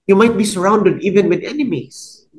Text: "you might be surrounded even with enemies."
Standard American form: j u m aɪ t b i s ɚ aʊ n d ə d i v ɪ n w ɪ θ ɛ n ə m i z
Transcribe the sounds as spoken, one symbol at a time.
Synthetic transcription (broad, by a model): j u m aɪ t b i s ɚ aʊ n d ə d i v ɪ n w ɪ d ɛ n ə m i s